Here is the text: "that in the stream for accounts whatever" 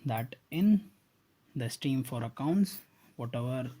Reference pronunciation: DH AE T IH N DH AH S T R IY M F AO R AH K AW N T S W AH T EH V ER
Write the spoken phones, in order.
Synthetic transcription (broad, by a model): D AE T IH N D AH S T IY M F AO R AH K AW N T S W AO T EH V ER